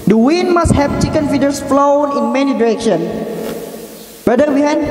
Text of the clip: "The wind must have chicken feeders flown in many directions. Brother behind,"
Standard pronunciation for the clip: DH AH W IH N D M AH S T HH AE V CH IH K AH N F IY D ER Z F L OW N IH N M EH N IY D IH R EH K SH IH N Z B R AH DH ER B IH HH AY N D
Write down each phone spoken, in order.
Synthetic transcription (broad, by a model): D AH W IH N M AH S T HH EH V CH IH K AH N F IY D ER S F L OW N IH N M EH N IY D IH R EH K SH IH N B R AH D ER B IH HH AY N